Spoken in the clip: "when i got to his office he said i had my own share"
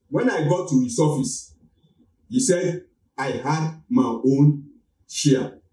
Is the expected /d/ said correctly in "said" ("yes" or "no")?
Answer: yes